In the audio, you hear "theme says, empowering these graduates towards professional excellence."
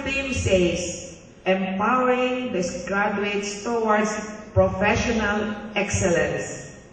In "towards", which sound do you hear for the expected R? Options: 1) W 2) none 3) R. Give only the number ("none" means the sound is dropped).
1